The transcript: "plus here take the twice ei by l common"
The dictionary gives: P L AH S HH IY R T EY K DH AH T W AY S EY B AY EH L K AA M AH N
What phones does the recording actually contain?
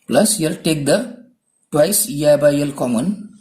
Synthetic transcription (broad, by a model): P L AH S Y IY L T EY K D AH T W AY S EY B AY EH L K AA M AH N